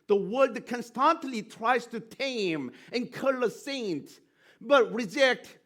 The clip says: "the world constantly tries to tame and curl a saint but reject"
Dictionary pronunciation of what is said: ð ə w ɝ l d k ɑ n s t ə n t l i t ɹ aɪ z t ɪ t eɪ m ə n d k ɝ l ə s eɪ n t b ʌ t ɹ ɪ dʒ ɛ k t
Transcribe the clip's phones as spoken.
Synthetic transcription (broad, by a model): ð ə w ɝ d k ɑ n s t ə n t l i t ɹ aɪ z t ɪ t eɪ m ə n k ɝ l ə s eɪ n t b ʌ t ɹ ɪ dʒ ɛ k t